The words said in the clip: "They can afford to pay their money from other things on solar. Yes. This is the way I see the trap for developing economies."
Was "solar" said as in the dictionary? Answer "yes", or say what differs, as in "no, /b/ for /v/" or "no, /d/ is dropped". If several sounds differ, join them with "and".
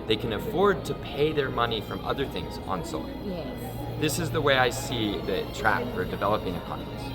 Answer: no, /l/ is dropped